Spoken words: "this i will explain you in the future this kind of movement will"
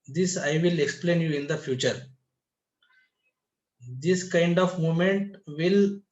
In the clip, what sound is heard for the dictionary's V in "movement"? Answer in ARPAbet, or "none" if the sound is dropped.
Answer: none